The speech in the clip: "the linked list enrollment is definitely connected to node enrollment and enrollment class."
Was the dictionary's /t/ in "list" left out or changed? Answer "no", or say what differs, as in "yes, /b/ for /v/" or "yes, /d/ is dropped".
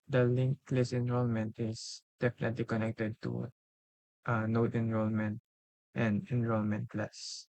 yes, /t/ is dropped